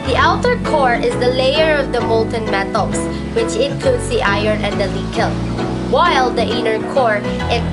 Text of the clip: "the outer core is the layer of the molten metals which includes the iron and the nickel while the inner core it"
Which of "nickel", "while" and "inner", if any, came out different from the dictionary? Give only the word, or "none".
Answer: nickel